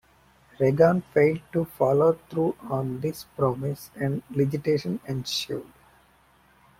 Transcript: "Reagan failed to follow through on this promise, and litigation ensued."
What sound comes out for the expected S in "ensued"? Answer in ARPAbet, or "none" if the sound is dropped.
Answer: SH